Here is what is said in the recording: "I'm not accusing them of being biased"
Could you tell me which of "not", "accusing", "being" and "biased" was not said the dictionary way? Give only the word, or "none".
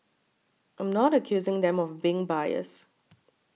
biased